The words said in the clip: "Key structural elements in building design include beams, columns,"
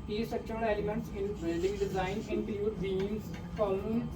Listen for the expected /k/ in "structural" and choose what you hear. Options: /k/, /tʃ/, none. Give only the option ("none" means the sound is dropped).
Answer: none